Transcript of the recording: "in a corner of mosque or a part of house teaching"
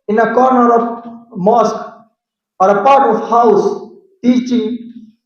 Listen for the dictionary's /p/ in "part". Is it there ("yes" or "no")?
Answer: yes